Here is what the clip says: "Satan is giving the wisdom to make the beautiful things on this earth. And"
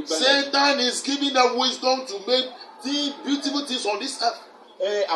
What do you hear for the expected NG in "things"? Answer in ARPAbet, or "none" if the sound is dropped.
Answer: none